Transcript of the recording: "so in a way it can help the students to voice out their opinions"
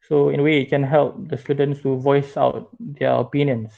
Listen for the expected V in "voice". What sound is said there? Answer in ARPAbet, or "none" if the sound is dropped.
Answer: V